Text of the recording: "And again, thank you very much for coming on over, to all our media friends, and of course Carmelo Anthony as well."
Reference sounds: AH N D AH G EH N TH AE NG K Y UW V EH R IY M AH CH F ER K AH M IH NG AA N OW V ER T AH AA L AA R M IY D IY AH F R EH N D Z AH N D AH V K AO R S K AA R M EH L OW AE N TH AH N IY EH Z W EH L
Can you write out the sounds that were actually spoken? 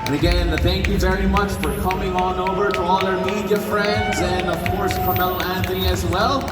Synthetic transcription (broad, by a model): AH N AH G EH N TH AE NG K Y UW V EH R IY M AH CH F ER K AH M IH NG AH N OW V ER T AH AA L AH R M IY D IY AH F R EH N D Z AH N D AH V K AO R S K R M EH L AE N TH AH N IY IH Z W EH L